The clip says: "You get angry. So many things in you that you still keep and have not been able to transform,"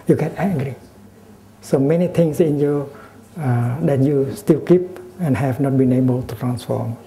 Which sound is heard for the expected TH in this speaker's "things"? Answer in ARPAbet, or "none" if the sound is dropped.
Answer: T